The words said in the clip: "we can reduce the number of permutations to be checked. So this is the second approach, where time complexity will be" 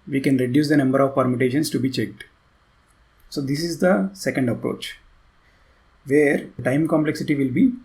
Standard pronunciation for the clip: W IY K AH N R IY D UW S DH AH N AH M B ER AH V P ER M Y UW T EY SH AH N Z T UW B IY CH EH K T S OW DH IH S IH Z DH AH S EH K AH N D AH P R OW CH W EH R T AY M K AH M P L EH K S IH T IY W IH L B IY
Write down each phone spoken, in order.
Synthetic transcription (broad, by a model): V IY K AH N R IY D UW S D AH N AH M B ER AH V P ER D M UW T EY SH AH N S T UW B IY CH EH K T S OW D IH S IH Z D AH S EH K AH N D AH P R OW CH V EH R T AY M K AH M P L EH K S IH T IY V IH L B IY